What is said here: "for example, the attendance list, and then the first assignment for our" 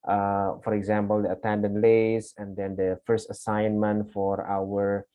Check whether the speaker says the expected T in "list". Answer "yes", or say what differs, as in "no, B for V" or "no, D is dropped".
no, T is dropped